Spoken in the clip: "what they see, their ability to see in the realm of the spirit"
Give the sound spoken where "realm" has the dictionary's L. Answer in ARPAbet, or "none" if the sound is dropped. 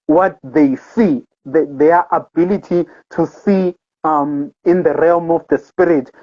L